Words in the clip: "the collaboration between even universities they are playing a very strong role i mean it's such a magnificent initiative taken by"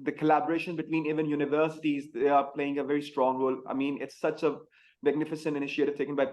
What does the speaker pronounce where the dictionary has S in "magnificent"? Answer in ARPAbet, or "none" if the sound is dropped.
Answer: S